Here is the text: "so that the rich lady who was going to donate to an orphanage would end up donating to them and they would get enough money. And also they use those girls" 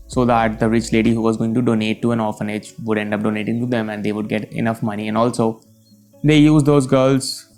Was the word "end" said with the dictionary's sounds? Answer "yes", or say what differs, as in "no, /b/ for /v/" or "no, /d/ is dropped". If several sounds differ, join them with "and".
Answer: yes